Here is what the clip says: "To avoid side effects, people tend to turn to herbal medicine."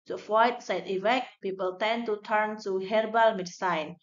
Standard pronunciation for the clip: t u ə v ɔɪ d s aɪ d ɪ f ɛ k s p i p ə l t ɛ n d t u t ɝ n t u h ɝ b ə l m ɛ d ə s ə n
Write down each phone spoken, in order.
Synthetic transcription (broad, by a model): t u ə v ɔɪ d s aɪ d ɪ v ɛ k p i p ə l t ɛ n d t u t ɝ n t u h ɝ b ə l m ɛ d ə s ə n